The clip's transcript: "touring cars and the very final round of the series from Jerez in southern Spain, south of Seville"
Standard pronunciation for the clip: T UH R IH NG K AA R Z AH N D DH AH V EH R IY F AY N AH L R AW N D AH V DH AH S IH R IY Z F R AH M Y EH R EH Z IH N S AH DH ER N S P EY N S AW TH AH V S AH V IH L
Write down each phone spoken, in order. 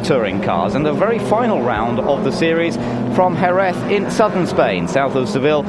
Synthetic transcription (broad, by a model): T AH R IH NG K AA Z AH N DH AH V EH R IY F AY N AH L R AW N D AH V DH AH S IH R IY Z F R AH M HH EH R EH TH IH N S AH DH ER N S P EY N S AW TH AH V S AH V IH L